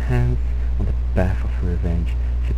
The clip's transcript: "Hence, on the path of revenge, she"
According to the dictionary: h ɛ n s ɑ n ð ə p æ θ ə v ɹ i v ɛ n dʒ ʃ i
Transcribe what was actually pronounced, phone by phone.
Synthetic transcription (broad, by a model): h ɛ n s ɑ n ð ə b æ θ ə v ɹ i v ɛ n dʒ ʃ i